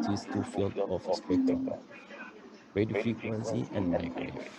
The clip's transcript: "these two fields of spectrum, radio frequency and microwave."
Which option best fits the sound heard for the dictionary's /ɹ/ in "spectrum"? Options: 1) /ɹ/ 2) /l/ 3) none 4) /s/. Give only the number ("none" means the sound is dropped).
3